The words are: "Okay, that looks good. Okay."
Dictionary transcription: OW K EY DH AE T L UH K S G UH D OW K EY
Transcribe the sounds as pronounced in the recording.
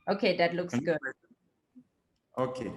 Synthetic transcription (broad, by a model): OW K EY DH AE T L UH K S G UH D OW K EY